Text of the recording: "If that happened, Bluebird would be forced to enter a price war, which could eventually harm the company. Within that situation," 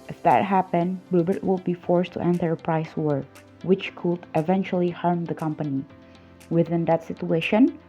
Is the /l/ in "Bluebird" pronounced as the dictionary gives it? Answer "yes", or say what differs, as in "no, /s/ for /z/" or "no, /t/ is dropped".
no, /l/ is dropped